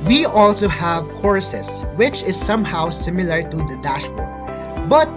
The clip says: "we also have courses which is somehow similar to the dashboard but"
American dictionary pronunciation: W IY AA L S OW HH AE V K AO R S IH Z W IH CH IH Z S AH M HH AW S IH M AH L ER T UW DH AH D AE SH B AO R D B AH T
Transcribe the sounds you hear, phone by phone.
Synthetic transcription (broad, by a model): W IY AA L S OW HH AE V K AO R S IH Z W IH CH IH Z S AH M HH AW S IH M AH L ER T UW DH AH D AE SH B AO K B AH T